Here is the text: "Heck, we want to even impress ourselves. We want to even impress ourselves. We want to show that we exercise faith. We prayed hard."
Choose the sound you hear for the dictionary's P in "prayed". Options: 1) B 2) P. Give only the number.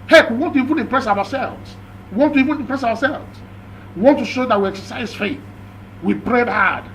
1